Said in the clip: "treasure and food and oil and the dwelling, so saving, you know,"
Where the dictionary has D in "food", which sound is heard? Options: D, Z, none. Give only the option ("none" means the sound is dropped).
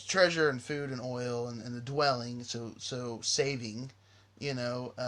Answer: D